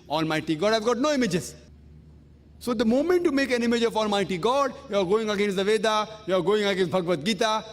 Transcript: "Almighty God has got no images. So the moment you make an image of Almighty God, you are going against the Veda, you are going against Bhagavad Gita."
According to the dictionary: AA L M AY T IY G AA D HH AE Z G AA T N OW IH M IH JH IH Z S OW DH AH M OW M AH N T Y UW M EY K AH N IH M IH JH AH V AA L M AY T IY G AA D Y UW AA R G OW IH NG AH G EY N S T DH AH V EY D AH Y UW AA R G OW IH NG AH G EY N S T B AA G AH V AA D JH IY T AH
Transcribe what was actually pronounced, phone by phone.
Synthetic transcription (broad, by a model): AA L M AY T IY G AA D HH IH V G AA T N OW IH M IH JH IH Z S OW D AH M OW M AH N T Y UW M EY K AH N IH M IH JH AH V AA L M AY T IY G AA D Y UW AA R G OW IH NG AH G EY N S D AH V EY D AH Y UW AA R G OW IH NG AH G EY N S B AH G V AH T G IY T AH